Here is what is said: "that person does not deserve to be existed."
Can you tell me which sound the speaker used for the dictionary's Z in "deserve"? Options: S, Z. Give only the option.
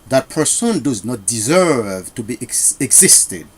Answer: Z